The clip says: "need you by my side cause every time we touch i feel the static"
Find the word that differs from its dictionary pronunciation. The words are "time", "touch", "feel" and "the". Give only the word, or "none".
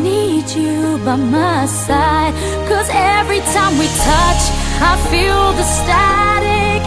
none